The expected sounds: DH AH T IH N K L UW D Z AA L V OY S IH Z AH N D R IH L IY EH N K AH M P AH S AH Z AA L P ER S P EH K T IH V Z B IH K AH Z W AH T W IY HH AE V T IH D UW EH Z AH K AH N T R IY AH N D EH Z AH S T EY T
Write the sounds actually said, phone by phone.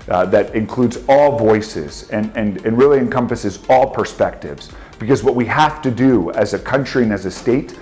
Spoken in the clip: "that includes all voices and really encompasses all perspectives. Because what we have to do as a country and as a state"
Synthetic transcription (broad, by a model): DH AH T IH N K L UW D Z AA L V OY S IH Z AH N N R IH L IY EH N K AH M P AH S AH Z AA L P ER S P EH K T IH V Z B IH K AH Z W AH T W IY HH AE F T IH D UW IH Z AH K AH N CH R IY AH N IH Z AH S T EY T